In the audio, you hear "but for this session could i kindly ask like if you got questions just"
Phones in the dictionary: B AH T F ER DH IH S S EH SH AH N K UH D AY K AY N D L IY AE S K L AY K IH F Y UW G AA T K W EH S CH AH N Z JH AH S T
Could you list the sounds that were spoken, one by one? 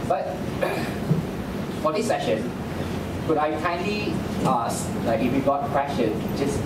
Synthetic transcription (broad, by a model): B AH T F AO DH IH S S EH SH AH N K UH D AY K AY N L IY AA S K L AY K IH F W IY G AA T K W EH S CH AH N JH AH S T